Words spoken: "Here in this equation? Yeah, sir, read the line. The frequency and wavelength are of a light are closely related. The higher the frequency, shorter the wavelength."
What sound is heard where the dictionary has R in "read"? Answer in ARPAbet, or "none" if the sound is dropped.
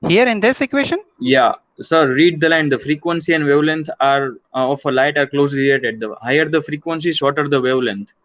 R